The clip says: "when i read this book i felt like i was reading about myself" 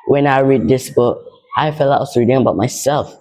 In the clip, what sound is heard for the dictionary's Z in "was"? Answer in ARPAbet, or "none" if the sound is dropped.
S